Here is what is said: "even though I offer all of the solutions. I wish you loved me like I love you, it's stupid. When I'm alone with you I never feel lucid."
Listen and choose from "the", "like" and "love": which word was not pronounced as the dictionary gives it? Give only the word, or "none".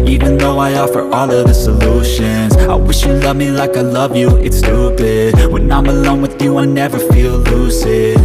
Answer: none